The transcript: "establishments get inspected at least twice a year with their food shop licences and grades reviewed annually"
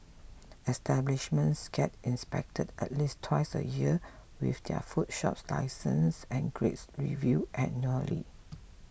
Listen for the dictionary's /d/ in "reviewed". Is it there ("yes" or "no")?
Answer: no